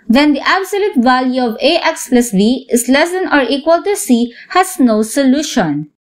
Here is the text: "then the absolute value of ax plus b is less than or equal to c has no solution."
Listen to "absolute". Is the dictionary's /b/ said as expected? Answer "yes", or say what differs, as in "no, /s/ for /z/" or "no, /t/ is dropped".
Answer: yes